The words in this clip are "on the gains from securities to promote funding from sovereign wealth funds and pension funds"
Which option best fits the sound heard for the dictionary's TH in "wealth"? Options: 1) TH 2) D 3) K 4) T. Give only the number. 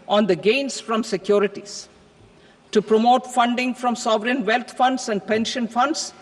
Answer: 4